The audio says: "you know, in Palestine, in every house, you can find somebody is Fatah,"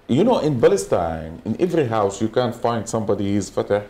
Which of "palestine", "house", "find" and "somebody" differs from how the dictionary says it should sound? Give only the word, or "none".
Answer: palestine